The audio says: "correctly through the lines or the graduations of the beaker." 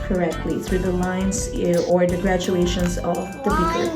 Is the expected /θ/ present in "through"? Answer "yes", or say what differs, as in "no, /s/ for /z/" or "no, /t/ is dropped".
yes